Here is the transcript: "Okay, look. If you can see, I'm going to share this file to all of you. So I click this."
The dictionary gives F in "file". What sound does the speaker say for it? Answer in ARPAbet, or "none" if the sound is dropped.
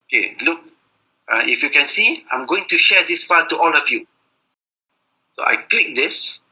P